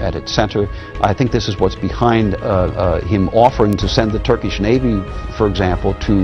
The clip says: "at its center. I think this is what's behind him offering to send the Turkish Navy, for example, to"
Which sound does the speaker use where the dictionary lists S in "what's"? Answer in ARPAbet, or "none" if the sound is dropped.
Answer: S